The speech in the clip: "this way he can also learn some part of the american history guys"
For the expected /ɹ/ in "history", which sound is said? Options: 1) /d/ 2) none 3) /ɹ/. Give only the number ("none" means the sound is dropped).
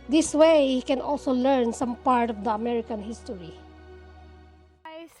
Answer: 2